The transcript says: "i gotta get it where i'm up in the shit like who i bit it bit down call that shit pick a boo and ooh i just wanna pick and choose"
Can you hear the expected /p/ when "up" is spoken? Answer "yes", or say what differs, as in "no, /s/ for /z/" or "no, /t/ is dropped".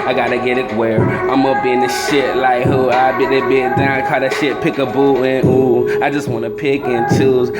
no, /b/ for /p/